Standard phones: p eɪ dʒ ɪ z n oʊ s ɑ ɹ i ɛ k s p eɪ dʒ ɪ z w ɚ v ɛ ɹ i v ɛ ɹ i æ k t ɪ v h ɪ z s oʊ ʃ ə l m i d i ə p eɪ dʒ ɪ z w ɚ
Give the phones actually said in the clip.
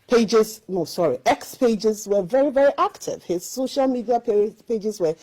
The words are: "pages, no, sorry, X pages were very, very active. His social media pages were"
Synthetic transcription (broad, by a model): p eɪ dʒ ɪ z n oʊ s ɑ ɹ i ɛ k s p eɪ dʒ ɪ z w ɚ v ɛ ɹ i v ɛ ɹ i æ k t ɪ v h ɪ z s oʊ ʃ ə l m i d i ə p eɪ dʒ ɪ z w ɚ